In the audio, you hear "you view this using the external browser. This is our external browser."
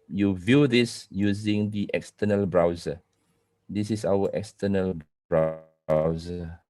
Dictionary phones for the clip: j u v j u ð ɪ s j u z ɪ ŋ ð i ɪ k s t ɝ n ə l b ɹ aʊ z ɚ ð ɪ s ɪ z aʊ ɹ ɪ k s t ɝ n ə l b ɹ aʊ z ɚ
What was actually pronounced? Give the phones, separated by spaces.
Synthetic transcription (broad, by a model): j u v j u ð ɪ s j u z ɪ ŋ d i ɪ k s t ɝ n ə l b ɹ aʊ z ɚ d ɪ s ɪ s aʊ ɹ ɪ k s t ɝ n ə l b ɹ aʊ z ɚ